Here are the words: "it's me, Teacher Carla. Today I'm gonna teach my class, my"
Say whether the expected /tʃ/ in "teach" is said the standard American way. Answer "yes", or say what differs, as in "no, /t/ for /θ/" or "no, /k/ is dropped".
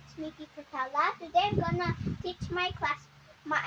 yes